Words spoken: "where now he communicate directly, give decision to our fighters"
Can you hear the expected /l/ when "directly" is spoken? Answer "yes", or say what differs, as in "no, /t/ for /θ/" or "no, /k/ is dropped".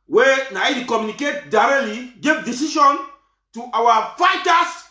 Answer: yes